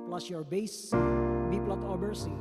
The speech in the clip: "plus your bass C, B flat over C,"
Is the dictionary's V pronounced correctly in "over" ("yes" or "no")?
no